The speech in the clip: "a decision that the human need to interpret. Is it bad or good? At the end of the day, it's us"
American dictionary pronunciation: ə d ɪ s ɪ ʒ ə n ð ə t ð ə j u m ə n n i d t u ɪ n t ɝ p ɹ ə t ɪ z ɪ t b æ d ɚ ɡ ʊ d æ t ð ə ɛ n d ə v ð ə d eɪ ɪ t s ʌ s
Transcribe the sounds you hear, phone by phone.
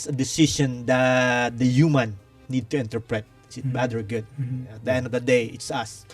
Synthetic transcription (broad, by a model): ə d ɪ s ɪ ʃ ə n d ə t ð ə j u m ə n n i d t u ɪ n t ɝ p ɹ ə t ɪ s ɪ t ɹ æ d ɚ ɡ ʊ d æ t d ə ɛ n d ə v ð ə d eɪ ɪ t s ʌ s